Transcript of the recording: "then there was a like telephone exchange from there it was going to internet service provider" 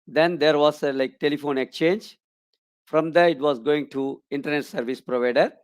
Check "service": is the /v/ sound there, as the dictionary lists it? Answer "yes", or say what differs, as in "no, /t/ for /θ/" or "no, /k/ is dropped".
yes